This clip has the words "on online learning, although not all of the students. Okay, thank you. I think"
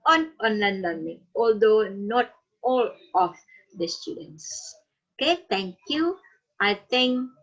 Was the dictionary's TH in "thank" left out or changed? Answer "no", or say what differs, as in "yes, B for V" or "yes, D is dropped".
yes, T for TH